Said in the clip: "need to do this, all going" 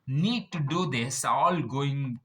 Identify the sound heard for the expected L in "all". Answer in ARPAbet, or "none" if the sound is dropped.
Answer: L